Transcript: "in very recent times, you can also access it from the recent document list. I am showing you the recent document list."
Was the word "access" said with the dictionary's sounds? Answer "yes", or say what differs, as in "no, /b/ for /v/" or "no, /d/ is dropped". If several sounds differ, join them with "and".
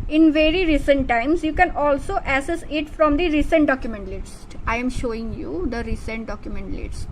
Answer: no, /k/ is dropped